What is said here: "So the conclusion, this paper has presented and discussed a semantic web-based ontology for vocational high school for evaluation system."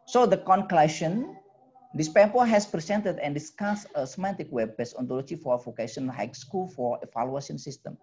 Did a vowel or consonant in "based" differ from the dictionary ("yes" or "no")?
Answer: yes